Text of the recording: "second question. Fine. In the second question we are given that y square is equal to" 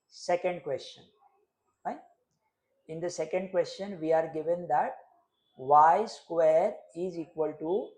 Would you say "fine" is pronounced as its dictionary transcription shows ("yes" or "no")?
no